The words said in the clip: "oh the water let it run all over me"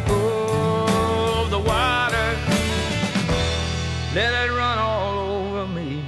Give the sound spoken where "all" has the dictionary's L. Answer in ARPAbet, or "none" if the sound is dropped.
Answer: L